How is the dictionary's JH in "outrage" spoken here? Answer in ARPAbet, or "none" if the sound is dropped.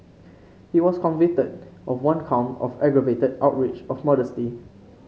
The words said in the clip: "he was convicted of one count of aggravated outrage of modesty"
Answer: CH